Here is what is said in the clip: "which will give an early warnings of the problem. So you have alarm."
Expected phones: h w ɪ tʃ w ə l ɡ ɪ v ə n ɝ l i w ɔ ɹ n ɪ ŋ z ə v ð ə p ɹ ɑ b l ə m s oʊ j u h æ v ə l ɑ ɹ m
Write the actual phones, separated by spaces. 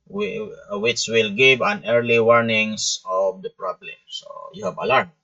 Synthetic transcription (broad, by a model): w w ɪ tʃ w ə l ɡ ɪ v ə n ɝ l i w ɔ ɹ n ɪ ŋ s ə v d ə p ɹ ɑ b l ə m s oʊ j u h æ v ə l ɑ ɹ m